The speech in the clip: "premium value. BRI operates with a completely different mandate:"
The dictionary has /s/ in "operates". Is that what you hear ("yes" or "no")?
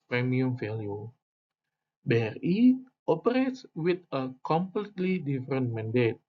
yes